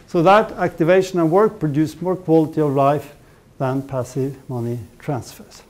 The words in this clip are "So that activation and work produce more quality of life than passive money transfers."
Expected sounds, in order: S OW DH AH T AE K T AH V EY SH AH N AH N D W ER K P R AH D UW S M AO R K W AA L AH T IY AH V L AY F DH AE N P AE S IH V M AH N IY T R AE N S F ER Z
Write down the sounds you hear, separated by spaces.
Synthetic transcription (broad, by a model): S OW DH AH T AE K T AH V EY SH AH N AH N W ER K P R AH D UW S M AO R K W AA L AH T IY AH V L AY F DH AE N P AE S IH V M AH N IY T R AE N S F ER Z